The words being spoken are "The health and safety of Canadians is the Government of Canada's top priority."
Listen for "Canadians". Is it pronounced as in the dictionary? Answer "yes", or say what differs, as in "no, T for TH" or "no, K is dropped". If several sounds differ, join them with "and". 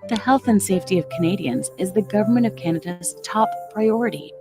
yes